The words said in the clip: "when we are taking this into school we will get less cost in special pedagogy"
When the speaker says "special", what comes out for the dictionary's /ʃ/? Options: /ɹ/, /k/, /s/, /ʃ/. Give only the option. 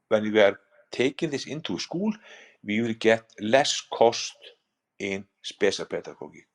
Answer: /s/